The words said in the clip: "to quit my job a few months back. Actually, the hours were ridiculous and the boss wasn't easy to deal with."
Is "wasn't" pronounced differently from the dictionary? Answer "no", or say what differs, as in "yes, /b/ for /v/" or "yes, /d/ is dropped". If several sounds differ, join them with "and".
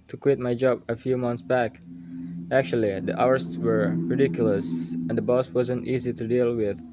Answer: no